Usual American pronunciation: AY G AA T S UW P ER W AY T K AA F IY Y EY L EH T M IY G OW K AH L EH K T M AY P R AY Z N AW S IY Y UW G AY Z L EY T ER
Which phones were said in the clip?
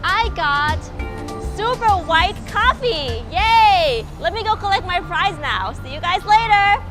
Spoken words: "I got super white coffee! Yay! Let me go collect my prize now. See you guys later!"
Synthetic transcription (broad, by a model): AY G AA T S UW P ER W AY T K AA F IY Y EY L EH T M IY G OW K AH L EH K T M AY P R AY Z N AW S IY Y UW G AY Z L EY T ER